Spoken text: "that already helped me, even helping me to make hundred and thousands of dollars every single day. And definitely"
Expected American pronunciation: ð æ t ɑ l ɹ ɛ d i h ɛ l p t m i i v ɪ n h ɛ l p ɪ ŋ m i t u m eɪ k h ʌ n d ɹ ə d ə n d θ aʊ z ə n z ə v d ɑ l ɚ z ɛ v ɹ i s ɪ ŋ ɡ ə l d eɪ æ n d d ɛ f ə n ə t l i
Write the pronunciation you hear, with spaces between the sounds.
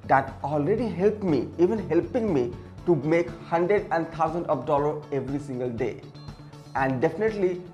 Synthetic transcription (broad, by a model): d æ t ɑ l ɹ ɛ d i h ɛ l p m i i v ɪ n h ɛ l p ɪ ŋ m i t u m eɪ k h ʌ n d ɹ ə d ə n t aʊ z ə n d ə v d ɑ l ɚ ɛ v ɹ i s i ŋ ɡ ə l d eɪ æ n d d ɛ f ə n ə t l i